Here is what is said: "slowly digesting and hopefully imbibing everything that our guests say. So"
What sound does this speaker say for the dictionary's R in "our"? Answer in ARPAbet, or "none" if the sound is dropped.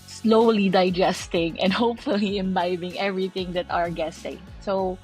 R